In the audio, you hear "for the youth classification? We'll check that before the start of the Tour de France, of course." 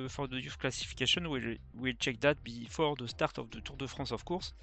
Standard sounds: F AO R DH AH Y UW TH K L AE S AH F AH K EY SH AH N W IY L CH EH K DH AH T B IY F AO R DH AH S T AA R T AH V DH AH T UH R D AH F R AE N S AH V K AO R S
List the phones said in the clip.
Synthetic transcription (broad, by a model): F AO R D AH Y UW F K L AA S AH F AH K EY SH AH N W IY L CH EH K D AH T B IY F AO R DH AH S T AA R T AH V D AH T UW R D AH F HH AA S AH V K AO R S